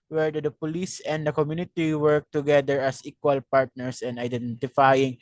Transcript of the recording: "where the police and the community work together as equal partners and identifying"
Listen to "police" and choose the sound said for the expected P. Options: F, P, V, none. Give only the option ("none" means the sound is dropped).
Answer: P